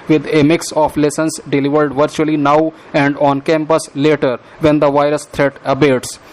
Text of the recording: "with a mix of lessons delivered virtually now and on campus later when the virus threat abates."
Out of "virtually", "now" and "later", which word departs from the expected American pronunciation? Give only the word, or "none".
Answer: none